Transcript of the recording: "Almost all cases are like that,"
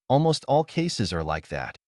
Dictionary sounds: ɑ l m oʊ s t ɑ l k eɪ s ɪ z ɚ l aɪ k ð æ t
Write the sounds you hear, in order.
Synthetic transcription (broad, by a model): ɑ l m oʊ s t ɑ l k eɪ s ɪ z ɚ l aɪ k ð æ t